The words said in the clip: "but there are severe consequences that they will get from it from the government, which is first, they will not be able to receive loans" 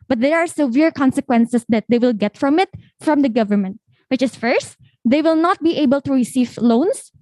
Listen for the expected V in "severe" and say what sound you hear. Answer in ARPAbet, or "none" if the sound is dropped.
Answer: V